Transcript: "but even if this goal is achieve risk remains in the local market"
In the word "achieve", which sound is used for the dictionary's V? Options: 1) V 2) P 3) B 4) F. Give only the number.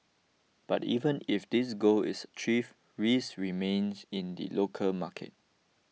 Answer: 4